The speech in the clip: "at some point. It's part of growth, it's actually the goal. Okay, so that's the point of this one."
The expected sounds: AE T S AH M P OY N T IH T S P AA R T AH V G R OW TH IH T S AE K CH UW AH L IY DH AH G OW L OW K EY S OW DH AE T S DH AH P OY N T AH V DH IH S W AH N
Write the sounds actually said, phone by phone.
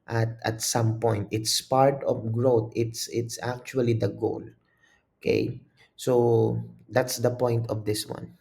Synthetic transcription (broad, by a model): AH T S AH M P OY N T IH T S P AA R T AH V G R OW S IH T S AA K CH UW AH L IY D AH G OW L OW K EY S OW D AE T S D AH P OY N T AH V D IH S W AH N